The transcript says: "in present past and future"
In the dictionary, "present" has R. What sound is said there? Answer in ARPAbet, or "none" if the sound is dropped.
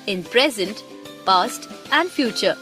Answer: R